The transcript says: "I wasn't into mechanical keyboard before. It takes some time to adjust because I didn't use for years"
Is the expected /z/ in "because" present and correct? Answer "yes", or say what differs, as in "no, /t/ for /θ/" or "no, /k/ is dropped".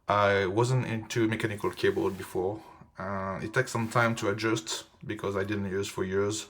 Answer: yes